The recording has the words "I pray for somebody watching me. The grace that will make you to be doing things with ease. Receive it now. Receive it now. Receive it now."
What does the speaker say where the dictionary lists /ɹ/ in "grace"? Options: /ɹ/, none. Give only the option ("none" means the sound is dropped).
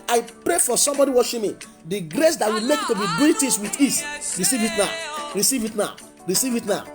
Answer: /ɹ/